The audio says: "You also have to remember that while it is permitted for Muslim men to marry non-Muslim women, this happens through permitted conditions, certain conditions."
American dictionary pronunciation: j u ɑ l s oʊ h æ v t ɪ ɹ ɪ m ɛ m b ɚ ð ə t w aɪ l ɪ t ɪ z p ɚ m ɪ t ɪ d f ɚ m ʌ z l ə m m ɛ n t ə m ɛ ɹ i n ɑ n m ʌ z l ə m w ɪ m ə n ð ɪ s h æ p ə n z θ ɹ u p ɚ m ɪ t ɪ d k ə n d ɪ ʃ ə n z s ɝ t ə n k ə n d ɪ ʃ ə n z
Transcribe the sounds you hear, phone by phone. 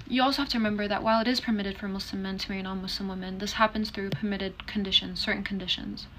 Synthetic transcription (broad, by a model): j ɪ ɑ l s oʊ h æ f t ɪ ɹ ɪ m ɛ m b ɚ ð ə t w aɪ l ɪ t ɪ z p ɚ m ɪ t ɪ d f ɚ m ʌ s l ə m m ɛ n t ə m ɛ ɹ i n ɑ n m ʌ s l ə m w ɪ m ə n ð ɪ s h æ p ə n z θ ɹ u p ɚ m ɪ t ɪ d k ə n d ɪ ʃ ə n z s ɝ t n k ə n d ɪ ʃ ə n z